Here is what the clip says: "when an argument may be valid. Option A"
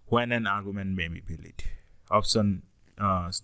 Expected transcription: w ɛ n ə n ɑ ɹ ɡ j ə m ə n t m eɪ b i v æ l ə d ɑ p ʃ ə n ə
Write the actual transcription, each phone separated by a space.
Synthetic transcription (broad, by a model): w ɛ n ə n ɑ ɹ ɡ j ə m ə n t m eɪ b i b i l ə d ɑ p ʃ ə n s